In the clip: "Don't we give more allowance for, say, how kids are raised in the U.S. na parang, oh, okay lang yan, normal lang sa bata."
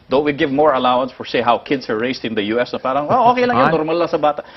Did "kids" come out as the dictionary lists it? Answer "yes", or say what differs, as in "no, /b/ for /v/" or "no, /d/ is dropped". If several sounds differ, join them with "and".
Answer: no, /s/ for /z/